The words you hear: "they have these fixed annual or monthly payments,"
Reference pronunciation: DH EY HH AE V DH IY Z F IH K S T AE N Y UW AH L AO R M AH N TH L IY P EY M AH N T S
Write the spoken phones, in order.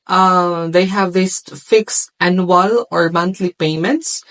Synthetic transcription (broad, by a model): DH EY HH AE V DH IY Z F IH K S AE N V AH L AO R M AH N T L IY P EY M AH N T S